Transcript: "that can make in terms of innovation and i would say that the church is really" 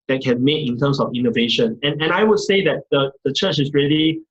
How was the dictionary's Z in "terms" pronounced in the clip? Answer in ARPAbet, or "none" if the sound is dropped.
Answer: S